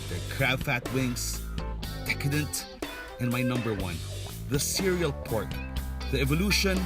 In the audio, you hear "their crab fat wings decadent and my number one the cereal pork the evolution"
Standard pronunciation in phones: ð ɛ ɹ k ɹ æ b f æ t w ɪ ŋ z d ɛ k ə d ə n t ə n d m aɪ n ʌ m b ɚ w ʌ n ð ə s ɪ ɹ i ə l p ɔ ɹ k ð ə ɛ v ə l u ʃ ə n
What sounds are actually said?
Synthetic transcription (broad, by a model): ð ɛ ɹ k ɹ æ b f æ t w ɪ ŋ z d ɛ k ə d ə n t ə n m aɪ n ʌ m b ɚ w ʌ n ð ə s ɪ ɹ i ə l p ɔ ɹ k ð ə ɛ v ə l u ʃ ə n